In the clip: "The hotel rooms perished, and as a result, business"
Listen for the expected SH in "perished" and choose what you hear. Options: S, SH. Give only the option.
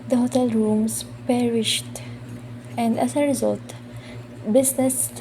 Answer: SH